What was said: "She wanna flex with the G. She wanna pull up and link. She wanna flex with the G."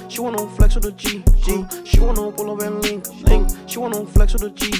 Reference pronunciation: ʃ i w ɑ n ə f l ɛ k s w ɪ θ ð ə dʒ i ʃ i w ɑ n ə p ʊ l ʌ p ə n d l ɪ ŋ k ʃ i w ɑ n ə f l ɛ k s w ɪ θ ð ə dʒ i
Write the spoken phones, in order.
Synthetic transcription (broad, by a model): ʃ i w ɑ n ə f l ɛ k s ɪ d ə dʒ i ʃ i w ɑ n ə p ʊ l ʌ b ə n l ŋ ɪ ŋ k ʃ i w ɑ n ə f l ɛ k s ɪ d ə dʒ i